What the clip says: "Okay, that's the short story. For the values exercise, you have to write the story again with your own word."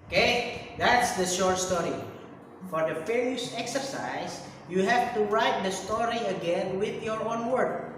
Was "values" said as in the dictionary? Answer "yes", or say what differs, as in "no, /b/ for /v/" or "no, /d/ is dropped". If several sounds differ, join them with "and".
no, /f/ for /v/ and /s/ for /z/